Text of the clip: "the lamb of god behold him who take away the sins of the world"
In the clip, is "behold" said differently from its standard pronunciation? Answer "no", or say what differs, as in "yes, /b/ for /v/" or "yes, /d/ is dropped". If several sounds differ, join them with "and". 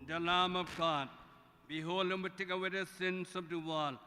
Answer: yes, /d/ is dropped